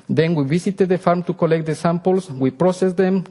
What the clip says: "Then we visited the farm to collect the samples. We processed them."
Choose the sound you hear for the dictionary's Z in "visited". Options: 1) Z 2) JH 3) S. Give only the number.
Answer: 3